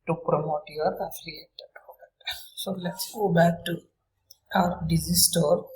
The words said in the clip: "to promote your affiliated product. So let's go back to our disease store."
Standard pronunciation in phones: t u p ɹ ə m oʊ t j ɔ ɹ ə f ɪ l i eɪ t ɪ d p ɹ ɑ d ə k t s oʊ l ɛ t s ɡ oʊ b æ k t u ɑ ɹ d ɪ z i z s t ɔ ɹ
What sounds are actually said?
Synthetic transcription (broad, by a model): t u p ɹ ə m oʊ t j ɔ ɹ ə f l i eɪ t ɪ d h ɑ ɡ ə t s oʊ l ɛ t s ɡ oʊ b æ k t u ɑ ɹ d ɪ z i s t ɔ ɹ